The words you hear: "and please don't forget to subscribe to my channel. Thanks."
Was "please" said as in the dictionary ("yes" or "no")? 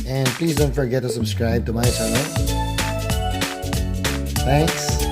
yes